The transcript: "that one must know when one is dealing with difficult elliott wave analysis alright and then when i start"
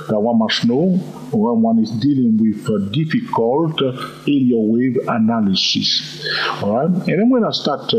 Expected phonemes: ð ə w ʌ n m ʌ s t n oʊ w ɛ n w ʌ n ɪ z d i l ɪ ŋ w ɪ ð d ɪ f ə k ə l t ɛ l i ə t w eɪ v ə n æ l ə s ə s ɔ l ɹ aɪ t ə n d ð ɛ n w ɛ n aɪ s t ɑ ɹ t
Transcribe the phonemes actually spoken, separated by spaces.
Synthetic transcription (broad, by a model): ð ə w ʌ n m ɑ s n oʊ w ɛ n w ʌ n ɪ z d i l ɪ ŋ w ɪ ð d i f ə k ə l t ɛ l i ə w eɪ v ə n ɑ l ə s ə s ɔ ɹ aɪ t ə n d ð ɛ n w ɛ n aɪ s t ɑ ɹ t